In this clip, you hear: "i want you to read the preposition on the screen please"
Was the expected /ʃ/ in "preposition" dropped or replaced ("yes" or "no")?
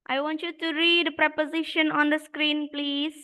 no